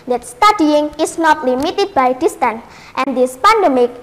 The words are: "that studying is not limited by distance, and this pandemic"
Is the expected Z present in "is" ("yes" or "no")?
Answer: no